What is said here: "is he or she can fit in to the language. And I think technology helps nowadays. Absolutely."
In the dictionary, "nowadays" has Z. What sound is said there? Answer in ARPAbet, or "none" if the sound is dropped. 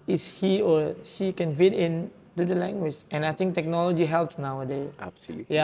none